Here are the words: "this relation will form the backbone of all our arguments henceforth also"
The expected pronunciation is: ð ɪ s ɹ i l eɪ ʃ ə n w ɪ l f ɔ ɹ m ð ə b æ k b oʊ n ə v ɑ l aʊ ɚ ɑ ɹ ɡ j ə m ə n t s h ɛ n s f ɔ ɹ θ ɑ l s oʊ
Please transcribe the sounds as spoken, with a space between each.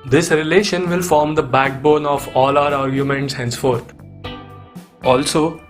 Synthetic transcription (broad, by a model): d ɪ s ɹ i l eɪ ʃ ə n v ɪ l f ɔ ɹ m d ə b æ k b oʊ n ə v ɑ l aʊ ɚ ɑ ɹ ɡ j ə m ə n t s h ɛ n s f ɔ ɹ t ɑ l s oʊ